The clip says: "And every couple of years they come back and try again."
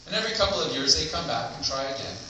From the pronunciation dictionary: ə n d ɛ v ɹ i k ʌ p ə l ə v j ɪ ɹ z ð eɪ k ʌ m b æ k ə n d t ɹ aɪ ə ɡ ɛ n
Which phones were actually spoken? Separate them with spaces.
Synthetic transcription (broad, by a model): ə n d ɛ v ɹ i k ʌ p l ə v j ɪ ɹ z ð eɪ k ʌ m b æ k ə n t ɹ aɪ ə ɡ ɛ n